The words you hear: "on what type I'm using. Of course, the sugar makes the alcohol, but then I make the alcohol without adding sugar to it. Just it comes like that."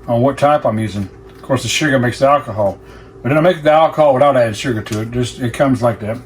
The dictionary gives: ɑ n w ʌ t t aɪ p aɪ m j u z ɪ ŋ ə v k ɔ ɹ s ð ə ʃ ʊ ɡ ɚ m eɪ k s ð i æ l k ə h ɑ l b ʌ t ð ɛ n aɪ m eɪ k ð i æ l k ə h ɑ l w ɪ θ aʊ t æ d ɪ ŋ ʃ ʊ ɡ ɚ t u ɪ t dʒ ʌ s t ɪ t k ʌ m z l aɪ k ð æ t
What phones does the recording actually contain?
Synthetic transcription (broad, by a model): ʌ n w ʌ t t aɪ p aɪ m j u z ɪ ŋ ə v k ɔ ɹ s ð ə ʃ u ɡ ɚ m eɪ k s ð i æ l k ə h ɑ l b ʌ t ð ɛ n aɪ m eɪ k ð i æ l k ə h ɑ l w ɪ θ aʊ t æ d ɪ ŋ ʃ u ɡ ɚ t u ɪ t dʒ ʌ s t ɪ t k ʌ m z l aɪ k ð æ t